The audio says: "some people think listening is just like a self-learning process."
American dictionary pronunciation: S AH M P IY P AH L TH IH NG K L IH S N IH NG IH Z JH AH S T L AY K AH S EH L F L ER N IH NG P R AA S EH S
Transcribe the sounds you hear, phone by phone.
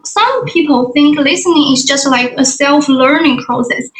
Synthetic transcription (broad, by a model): S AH M P IY P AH L TH IH NG K L IH S N IH NG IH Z JH AH S T L AY K AH S EH L F L ER N IH NG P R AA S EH S